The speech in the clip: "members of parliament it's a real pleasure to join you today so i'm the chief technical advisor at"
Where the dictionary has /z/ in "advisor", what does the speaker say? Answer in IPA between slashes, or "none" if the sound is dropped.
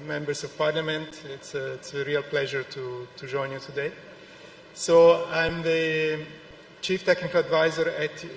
/z/